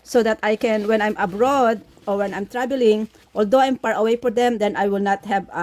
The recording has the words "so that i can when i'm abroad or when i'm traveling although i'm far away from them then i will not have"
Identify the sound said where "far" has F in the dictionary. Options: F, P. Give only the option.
P